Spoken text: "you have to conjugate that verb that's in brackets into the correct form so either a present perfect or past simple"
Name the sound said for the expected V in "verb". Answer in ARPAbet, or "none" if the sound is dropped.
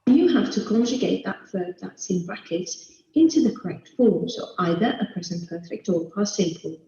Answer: F